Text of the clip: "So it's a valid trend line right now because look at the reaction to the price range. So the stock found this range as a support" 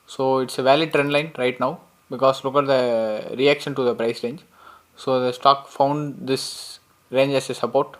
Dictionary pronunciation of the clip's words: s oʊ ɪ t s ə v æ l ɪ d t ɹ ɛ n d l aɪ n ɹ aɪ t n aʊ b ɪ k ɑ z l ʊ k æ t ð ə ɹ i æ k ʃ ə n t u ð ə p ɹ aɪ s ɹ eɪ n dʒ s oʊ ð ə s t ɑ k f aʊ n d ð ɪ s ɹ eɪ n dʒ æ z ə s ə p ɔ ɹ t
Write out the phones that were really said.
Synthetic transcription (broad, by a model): s oʊ ɪ t s ə v æ l ɪ d t ɹ ɛ n d l aɪ n ɹ aɪ t n aʊ b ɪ k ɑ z l ʊ k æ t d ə ɹ i æ k ʃ ə n t u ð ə p ɹ aɪ s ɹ eɪ n dʒ s oʊ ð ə s t ɑ k f aʊ n d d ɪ s ɹ eɪ n dʒ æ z ə s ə p ɔ ɹ t